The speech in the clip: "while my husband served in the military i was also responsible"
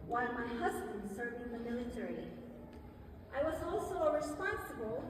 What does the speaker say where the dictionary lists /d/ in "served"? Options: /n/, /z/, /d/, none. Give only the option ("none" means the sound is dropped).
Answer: none